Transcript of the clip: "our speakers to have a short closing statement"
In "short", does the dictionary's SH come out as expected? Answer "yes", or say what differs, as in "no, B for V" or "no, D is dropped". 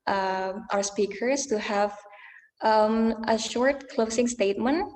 yes